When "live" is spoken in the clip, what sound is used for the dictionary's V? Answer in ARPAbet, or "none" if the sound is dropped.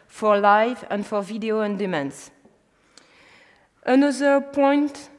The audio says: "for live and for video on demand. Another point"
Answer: V